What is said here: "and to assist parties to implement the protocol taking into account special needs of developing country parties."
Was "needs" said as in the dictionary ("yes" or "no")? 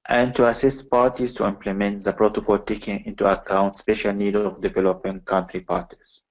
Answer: no